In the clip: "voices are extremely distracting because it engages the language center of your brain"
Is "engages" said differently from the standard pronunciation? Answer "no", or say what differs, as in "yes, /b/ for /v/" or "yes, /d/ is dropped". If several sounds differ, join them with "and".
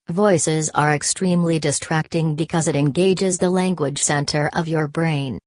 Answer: no